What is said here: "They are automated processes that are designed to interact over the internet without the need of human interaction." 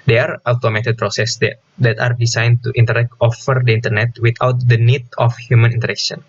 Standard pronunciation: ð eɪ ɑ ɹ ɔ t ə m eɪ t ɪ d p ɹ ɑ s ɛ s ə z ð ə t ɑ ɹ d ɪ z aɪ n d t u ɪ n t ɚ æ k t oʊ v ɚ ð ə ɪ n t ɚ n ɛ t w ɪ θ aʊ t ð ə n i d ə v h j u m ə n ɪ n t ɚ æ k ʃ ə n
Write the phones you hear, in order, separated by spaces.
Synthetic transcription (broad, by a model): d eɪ ɑ ɹ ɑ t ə m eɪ t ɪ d p ɹ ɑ s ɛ s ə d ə t ɑ ɹ d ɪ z aɪ n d t u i n t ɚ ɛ k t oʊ f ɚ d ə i n t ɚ n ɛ t w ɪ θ aʊ t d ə n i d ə f h j u m ə n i n t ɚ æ k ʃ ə n